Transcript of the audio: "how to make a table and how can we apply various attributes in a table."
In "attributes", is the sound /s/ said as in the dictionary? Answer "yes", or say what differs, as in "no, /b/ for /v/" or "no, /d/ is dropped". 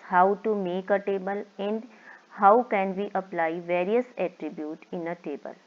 no, /s/ is dropped